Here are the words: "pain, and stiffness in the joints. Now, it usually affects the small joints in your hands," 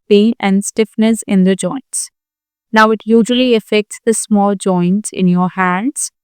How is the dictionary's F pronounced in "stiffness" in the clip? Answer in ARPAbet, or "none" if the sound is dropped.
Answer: F